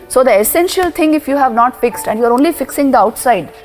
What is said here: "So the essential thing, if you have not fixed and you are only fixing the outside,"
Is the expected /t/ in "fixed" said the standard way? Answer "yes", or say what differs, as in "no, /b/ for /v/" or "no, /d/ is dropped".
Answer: yes